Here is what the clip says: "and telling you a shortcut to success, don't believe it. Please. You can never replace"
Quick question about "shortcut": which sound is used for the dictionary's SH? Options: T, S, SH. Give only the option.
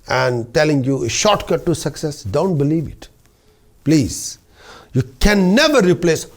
SH